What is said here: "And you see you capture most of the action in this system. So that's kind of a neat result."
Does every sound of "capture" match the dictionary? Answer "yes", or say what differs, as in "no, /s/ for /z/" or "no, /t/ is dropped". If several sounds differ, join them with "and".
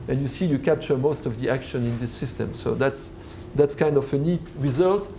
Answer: no, /p/ is dropped